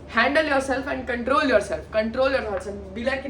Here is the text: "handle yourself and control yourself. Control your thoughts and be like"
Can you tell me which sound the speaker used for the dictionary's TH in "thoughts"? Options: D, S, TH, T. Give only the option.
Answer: S